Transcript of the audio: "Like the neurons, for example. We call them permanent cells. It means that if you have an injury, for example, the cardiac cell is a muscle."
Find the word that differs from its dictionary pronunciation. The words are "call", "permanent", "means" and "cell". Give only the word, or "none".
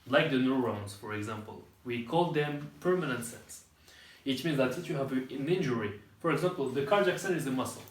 cell